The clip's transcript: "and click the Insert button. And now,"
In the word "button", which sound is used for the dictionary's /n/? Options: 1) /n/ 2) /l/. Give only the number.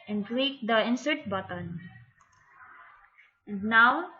1